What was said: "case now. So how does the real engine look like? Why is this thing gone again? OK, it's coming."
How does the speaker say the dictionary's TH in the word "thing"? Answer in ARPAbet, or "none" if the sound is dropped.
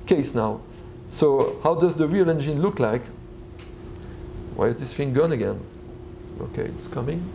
F